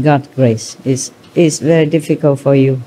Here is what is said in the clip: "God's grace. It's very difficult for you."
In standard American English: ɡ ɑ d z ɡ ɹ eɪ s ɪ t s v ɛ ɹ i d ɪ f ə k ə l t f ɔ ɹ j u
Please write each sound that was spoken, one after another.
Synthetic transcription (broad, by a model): ɡ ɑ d ɡ ɹ eɪ s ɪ s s v ɛ ɹ i d ɪ f ə k ə l t f ɔ ɹ j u